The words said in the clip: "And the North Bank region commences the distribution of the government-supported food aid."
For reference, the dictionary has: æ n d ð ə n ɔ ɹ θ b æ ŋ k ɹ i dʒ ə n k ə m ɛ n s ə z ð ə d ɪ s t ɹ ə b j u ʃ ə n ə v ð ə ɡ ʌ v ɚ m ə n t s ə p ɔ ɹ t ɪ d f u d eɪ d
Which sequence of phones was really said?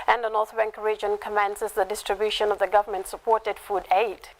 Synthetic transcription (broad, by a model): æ n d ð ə n ɔ ɹ θ b æ ŋ k ɹ i dʒ ə n k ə m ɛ n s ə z ð ə d ɪ s t ɹ ə b j u ʃ ə n ə v ð ə ɡ ʌ v ɚ m ə n t s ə p ɔ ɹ t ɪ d f u d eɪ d